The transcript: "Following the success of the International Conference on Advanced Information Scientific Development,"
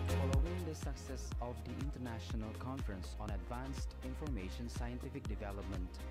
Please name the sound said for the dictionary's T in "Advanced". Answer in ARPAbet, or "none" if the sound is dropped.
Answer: T